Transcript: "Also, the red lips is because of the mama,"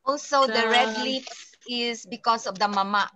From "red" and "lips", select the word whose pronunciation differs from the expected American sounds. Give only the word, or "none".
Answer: lips